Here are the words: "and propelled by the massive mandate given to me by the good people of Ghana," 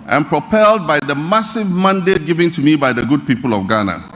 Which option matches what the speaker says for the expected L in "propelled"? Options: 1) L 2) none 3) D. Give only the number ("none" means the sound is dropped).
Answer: 1